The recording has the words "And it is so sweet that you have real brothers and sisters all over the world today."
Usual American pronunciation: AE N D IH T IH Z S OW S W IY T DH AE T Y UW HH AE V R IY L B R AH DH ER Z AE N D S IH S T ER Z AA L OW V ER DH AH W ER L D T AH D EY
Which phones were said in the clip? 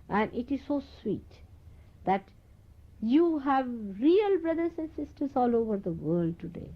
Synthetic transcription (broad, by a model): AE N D IH T IH Z S OW S W IY T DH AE T Y UW HH AE V R IY L B R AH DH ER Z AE N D S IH S T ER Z AA L OW V ER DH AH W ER L D T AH D EY